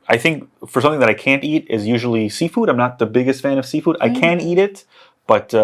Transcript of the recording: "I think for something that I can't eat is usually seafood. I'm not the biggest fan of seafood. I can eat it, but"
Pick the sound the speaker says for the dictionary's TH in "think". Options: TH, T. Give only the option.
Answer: TH